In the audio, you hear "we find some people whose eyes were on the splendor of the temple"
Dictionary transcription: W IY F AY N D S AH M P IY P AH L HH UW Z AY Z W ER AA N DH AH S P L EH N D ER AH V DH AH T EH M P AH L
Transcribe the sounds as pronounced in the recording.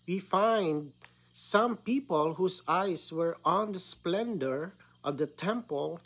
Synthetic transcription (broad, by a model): W IY F AY N D S AH M P IY P AH L HH UW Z AY S W ER AA N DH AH S P L EH N D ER AH V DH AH T EH M P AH L